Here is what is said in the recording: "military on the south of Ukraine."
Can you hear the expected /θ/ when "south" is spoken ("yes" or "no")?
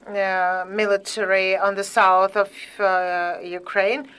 yes